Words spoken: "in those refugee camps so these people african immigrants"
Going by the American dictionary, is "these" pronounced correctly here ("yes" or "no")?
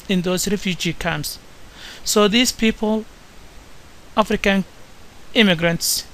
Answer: no